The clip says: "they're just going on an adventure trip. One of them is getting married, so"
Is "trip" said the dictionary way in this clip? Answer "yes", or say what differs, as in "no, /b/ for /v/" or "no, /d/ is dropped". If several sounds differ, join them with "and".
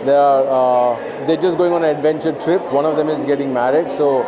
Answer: yes